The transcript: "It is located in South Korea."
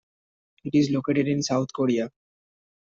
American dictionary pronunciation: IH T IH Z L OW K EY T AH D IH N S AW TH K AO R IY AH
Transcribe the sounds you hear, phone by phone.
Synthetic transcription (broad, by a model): IH T IH Z L OW K EY T AH D IH N S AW T K AO R IY AH